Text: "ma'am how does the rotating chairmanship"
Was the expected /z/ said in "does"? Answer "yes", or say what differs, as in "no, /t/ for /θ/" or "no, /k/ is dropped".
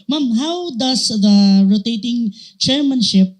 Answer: no, /s/ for /z/